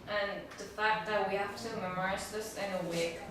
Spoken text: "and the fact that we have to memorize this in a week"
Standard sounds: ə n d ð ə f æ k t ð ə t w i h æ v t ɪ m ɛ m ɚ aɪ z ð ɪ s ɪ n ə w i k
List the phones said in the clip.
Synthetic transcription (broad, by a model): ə n ð ə f æ k t ð ə t w i h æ f t ɪ m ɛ m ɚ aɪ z ð ɪ s ɪ n ə w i k